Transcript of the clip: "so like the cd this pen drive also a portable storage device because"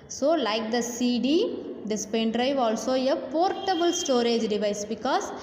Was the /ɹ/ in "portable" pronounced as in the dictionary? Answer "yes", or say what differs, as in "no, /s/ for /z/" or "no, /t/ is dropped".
yes